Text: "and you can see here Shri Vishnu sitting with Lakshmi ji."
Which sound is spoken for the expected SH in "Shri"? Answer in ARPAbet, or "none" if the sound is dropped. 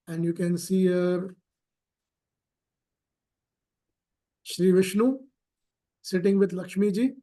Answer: SH